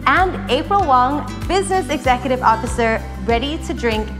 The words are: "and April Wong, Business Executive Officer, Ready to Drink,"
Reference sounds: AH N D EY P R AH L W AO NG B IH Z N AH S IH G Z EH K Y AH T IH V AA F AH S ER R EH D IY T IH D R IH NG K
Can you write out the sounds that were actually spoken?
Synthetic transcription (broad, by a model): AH N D EY P R AH L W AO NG B IH Z N AH S IH G Z EH K Y AH T IH V AA F AH S ER R EH D IY T IH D R IH NG K